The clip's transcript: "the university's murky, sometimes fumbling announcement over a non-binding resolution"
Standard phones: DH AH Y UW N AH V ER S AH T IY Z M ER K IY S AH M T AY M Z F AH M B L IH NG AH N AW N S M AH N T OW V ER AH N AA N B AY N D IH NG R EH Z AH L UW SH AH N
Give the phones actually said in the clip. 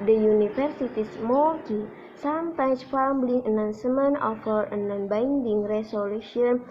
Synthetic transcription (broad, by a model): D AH Y UW N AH F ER S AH T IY S M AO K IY S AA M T AY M S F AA M B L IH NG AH N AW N S M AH N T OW F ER AH N AA N B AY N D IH NG R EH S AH L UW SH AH N